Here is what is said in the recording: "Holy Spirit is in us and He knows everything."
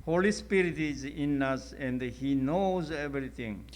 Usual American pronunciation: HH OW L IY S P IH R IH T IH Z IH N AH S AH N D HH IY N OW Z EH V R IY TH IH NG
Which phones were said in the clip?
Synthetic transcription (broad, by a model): HH OW L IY S P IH R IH T IH Z IH N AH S AH N D HH IY N OW Z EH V R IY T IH NG